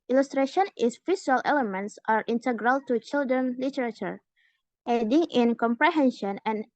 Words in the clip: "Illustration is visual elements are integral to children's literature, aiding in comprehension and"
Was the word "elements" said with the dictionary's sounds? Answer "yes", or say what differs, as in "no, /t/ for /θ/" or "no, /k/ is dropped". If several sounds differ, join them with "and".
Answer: yes